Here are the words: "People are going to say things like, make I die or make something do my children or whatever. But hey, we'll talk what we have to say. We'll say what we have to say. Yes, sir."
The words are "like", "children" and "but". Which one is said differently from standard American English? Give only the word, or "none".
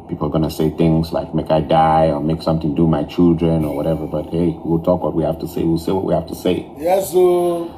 none